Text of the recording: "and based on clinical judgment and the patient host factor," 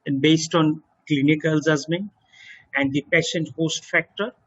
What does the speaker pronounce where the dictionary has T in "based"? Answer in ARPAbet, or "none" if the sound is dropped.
T